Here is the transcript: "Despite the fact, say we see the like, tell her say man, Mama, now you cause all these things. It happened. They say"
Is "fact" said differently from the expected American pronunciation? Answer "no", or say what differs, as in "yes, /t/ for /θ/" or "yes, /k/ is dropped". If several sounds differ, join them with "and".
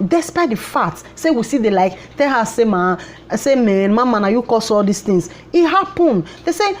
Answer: yes, /k/ is dropped